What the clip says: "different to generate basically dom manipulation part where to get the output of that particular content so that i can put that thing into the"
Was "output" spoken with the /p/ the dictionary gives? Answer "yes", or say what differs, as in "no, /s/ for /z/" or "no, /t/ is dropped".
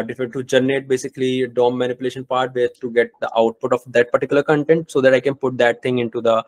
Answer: yes